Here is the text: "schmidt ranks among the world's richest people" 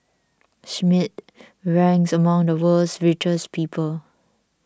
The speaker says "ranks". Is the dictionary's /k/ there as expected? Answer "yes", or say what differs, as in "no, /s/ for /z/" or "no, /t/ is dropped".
no, /k/ is dropped